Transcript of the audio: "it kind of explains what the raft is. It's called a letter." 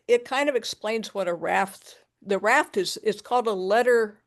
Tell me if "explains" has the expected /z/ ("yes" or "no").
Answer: yes